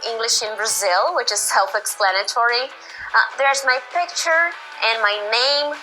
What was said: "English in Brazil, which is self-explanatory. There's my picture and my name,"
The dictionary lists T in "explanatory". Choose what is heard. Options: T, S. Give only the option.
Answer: T